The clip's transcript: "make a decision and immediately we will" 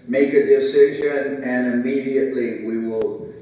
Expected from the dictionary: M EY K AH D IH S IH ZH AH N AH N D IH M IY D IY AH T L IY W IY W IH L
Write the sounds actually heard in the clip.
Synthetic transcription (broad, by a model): M EY K AH D IH S IH ZH AH N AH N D IH M IY D IY AH T L IY W IY W IH L